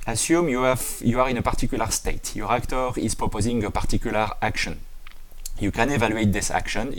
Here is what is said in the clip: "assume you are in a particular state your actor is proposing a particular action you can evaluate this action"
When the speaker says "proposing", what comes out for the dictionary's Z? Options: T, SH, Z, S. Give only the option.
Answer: Z